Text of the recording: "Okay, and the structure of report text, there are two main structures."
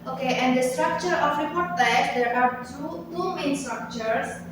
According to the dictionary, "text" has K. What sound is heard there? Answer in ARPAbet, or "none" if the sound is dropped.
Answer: none